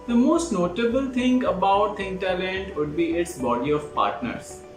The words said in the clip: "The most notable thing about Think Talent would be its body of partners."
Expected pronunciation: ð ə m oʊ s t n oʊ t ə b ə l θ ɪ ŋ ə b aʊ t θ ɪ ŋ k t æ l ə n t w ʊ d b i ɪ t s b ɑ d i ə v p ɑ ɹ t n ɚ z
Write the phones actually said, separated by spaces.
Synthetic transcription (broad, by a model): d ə m oʊ s t n oʊ t ə b ə l t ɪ ŋ ə b aʊ t t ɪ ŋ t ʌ l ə n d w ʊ d b i ɪ t s b ɑ d i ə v p ɑ ɹ t n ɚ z